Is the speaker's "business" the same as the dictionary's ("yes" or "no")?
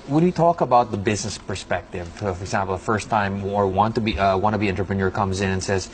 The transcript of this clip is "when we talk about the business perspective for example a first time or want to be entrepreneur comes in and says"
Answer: yes